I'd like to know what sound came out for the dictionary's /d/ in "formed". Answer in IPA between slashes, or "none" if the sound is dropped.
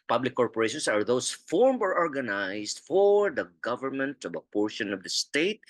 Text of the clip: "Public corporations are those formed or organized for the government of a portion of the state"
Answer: none